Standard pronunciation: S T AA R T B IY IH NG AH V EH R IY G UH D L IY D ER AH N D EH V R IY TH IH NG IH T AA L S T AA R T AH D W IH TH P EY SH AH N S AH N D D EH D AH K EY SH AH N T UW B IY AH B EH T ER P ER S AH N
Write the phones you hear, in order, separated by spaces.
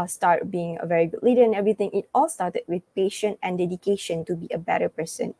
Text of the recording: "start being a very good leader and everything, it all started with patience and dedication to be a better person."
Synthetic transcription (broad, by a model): S T AA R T B IY IH NG AH V EH R IY G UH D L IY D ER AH N EH V R IY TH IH NG IH T AA L S T AA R T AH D W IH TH P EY SH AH N AH N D D EH D AH K EY SH AH N T UW B IY AH B EH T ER P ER S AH N